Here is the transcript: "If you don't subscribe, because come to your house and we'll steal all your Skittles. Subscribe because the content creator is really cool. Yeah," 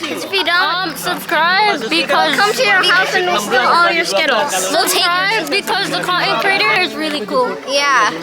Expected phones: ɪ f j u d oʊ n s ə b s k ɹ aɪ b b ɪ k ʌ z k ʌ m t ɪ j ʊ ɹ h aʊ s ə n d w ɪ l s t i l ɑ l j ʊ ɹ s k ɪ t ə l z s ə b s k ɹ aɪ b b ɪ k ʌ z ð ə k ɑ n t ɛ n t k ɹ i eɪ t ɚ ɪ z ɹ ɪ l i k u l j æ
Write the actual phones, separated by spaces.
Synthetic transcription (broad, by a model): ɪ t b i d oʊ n s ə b s k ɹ aɪ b b ɪ k ʌ z k ʌ m t ɪ j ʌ ɹ aʊ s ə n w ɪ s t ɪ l ɑ l j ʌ ɹ s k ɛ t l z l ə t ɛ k ɹ aɪ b b ɪ k ʌ z ð ə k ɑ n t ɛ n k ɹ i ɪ t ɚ ɪ z ɹ ɪ l i k u l j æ